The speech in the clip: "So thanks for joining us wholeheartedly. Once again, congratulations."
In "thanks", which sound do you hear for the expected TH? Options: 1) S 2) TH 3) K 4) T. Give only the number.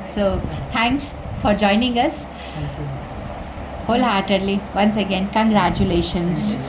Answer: 4